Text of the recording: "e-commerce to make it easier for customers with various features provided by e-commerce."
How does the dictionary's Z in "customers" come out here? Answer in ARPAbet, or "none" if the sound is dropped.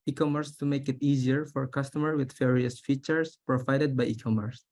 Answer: none